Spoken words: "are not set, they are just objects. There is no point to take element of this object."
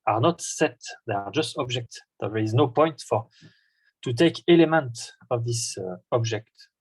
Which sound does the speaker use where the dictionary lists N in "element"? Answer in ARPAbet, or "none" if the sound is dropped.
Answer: N